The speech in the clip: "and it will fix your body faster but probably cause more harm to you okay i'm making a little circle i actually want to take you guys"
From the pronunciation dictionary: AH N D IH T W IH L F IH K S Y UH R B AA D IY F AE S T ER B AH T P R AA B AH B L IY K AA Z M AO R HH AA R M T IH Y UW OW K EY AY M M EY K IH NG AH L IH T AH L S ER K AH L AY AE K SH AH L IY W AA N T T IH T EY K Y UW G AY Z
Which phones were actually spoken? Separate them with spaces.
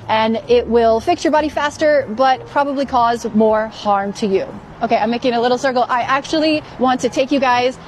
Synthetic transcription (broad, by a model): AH N IH T W IH L F IH K S Y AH R B AA D IY F AE S T ER B AH T P R AA B AH B L IY K AA Z M AO R HH AA R M T IH Y UW OW K EY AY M M EY K IH NG AH L IH T L S ER K L AY AE K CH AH L IY W AA N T T IH T EY K Y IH G AY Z